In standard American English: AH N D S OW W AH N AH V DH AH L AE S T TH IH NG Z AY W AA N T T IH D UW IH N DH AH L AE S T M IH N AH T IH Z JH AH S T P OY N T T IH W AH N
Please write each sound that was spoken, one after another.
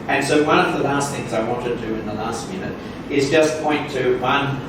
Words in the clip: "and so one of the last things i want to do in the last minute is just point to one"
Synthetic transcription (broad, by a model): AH N S OW W AH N AH V DH AH L AE S T TH IH NG Z AY W AA N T T IH D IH IH N DH AH L AE S T M IH N AH T IH Z JH AH S P OY N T T IH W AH N